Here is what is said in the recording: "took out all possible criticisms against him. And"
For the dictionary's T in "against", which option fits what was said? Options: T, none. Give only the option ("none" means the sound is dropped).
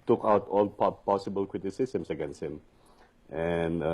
none